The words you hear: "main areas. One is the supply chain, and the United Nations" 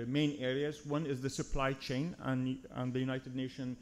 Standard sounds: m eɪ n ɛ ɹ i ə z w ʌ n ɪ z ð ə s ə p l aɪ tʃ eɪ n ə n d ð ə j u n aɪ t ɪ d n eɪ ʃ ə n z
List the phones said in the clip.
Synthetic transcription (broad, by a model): m eɪ n ɛ ɹ i ə z w ʌ n ɪ z ð ə s ə p l aɪ tʃ eɪ n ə n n ð ə j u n aɪ t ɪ d n eɪ ʃ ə n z